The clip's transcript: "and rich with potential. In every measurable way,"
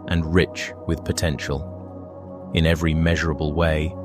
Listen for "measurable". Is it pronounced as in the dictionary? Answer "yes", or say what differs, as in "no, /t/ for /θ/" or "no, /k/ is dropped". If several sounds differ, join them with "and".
yes